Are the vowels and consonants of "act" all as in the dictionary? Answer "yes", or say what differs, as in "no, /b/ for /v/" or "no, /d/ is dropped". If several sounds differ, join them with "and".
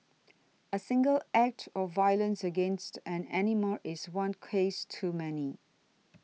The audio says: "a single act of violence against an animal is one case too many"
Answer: yes